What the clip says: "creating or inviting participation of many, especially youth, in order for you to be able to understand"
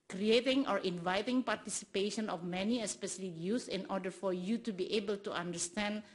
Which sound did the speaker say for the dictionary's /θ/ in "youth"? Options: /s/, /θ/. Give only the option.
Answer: /s/